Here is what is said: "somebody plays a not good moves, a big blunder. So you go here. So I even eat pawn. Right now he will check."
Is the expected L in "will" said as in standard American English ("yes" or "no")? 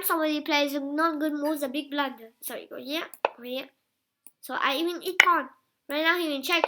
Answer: no